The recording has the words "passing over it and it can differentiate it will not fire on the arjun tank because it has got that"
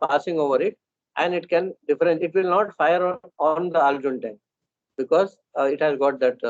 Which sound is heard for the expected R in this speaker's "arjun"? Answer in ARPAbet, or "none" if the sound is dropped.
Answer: L